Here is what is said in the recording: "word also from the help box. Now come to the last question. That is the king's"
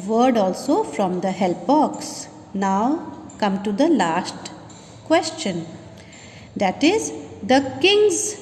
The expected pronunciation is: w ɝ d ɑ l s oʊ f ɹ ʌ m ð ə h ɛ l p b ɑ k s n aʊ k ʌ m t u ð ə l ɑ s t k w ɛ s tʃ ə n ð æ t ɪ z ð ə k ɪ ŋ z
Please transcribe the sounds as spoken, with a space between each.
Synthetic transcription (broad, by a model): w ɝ d ɑ l s oʊ f ɹ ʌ m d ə h ɛ l p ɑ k s n aʊ k ʌ m t u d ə l ɑ s t k w ɛ s tʃ ə n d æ t ɪ z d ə k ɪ ŋ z